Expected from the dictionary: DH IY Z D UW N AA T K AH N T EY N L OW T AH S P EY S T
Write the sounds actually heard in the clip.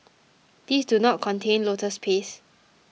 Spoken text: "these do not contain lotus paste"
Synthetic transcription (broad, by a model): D IY S D UW N AA T K AH N T EY N L OW T AH S P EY S